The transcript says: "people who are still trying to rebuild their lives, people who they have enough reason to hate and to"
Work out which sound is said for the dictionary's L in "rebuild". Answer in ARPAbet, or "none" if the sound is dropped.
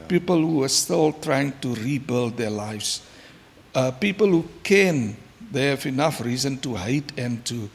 L